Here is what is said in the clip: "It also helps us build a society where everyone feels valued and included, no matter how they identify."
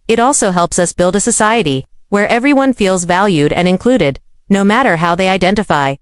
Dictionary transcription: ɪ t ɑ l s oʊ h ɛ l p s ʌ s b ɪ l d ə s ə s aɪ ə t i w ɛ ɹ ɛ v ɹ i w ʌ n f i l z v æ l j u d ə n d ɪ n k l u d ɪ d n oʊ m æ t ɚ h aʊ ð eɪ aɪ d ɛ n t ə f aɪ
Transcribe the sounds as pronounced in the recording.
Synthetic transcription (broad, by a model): ɪ t ɑ l s oʊ h ɛ l p s ʌ s b ɪ l d ə s ə s aɪ ə t i w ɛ ɹ ɛ v ɹ i w ʌ n f i l z v æ l j u d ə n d ɪ n k l u d ɪ d n oʊ m æ t ɚ h aʊ ð eɪ aɪ d ɛ n t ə f aɪ